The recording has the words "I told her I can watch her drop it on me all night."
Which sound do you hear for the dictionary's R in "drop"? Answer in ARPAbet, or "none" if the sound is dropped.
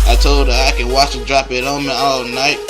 R